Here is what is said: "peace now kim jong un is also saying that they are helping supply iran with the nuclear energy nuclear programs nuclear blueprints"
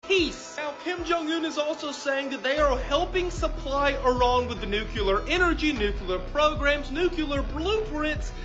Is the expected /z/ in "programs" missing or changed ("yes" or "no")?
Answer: no